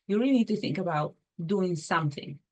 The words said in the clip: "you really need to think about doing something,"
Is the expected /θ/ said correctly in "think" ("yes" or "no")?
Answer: yes